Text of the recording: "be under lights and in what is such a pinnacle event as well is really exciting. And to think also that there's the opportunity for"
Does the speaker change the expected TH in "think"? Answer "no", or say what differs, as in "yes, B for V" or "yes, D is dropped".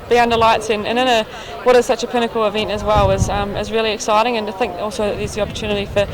no